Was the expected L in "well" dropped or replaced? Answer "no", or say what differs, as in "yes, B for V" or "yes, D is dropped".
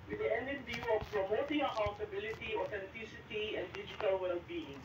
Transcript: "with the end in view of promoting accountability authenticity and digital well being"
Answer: no